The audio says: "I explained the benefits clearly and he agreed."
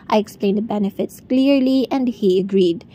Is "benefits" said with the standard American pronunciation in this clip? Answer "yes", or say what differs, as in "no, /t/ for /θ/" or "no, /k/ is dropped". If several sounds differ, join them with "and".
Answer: yes